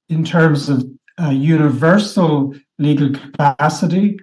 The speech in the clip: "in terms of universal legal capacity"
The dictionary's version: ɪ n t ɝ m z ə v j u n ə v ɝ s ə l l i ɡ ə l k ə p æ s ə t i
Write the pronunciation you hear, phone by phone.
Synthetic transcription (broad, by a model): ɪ n t ɝ m z ə v j u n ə v ɝ s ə l l i ɡ ə l k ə p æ s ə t i